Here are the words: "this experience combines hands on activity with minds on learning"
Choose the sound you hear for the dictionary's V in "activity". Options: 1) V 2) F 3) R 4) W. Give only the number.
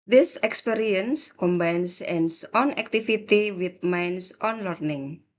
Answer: 2